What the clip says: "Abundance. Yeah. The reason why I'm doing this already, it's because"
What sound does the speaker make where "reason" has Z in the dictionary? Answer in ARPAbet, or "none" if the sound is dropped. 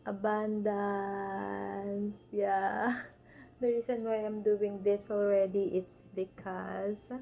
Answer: S